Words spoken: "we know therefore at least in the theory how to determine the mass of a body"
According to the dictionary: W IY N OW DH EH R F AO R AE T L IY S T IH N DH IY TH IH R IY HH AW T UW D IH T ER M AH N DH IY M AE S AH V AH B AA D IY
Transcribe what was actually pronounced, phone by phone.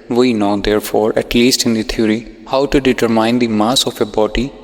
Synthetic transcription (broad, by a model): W IY N OW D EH R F AO R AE T L IY S T IH N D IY T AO R IY HH AW T UW D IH T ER M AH N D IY M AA S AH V AH B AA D IY